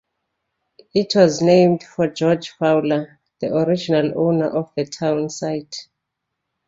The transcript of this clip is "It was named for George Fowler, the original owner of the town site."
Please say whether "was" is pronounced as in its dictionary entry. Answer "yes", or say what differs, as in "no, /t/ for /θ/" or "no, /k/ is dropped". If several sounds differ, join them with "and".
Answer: yes